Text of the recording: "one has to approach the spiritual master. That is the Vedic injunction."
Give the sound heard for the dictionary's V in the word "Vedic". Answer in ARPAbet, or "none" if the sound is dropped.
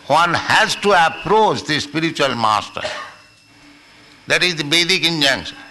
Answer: B